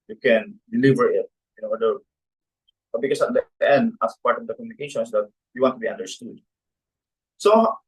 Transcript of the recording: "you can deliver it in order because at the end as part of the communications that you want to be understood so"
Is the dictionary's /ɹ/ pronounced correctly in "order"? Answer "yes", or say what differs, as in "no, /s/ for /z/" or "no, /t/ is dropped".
no, /w/ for /ɹ/